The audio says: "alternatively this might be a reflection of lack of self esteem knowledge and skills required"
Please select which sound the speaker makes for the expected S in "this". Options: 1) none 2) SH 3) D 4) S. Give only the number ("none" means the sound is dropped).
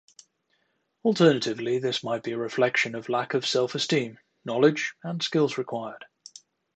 4